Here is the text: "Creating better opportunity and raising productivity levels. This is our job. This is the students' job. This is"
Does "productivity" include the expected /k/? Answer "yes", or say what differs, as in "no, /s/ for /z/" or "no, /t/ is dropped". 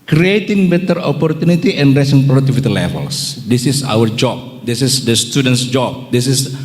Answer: no, /k/ is dropped